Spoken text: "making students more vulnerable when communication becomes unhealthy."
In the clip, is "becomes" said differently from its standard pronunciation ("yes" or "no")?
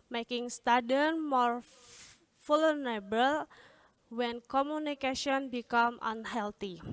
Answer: yes